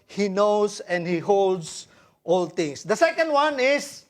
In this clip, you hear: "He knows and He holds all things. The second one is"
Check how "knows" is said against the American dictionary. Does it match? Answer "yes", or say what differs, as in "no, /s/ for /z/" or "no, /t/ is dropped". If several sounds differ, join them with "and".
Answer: no, /s/ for /z/